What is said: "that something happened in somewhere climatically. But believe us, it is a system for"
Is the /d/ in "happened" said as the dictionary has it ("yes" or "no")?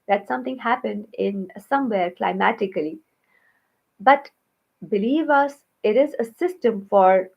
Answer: yes